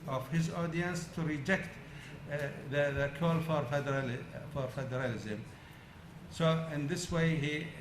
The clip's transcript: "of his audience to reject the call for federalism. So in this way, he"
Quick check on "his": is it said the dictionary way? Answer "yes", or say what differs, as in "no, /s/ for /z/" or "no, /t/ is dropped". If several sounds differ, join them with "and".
yes